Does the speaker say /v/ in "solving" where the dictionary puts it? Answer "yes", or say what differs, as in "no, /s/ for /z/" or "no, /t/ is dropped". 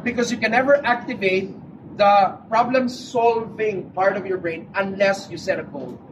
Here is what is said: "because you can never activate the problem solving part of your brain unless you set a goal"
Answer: yes